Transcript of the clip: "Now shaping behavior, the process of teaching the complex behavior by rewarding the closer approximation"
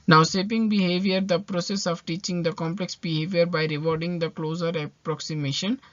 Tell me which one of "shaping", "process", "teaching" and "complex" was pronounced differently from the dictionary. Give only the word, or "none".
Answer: shaping